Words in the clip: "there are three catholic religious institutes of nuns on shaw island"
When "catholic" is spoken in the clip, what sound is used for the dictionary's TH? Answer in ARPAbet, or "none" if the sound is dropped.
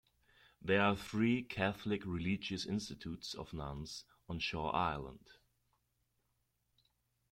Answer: TH